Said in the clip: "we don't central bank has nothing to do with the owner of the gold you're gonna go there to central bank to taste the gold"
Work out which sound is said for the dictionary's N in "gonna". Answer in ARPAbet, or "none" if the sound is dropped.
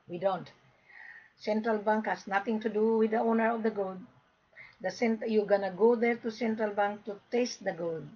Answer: N